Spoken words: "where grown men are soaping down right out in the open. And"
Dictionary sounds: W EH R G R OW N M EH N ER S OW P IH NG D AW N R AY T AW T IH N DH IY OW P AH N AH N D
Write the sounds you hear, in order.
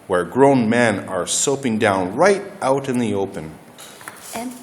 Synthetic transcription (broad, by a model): W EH R G R OW N M EH N ER S OW P IH NG D AW N R AY T AW T IH N DH IY OW AH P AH N